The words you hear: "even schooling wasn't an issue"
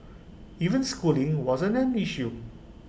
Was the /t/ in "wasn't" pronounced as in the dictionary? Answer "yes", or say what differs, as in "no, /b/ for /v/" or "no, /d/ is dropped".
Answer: no, /t/ is dropped